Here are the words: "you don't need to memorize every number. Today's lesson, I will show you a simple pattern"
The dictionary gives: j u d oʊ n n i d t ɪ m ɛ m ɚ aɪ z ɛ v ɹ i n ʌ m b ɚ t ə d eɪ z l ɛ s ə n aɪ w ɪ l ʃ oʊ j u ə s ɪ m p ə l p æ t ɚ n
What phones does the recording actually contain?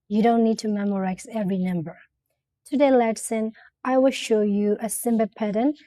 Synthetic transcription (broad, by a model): j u d oʊ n n i d t ɪ m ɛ m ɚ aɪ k ɛ v ɹ i n ʌ m b ɚ t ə d eɪ l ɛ s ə n aɪ w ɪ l ʃ oʊ j u ə s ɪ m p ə p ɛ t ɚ n